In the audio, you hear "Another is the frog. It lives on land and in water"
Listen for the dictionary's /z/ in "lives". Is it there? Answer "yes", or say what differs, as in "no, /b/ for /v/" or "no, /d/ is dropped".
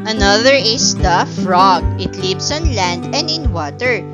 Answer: no, /s/ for /z/